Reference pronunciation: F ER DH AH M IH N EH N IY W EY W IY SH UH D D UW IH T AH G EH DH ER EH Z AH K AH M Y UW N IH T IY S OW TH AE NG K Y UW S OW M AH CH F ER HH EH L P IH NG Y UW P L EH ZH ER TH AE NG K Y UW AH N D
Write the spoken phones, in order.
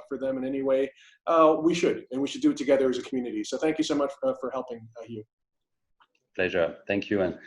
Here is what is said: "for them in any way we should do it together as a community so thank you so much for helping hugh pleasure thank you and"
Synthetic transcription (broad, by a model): F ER DH AH M IH N EH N IY W EY W IY SH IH D D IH IH T AH G EH DH ER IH Z AH K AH M Y UW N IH T IY S OW TH AE NG K Y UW S OW M AH CH F ER HH EH L P IH NG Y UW P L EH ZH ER TH AE NG K Y UW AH N